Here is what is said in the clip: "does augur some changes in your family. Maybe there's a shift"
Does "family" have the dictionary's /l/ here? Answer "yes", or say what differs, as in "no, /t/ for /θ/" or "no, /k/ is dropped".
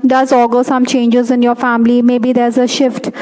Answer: yes